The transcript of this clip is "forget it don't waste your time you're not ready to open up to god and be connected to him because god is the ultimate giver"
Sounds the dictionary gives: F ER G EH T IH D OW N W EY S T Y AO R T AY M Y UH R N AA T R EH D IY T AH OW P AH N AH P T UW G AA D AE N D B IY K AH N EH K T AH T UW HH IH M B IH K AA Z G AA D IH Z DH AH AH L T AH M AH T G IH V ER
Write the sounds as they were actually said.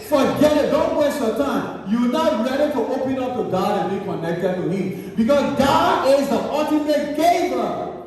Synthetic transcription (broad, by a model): F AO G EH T IH D OW N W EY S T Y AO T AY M Y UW N AA T R EH D IY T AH OW P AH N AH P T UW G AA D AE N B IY K AH N EH K T AH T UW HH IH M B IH K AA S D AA IH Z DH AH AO T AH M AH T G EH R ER